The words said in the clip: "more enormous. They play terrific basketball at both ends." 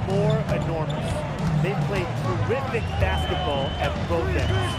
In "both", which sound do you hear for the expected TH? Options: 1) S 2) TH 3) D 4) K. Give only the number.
1